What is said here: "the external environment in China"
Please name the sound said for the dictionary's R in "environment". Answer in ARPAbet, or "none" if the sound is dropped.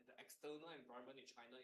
none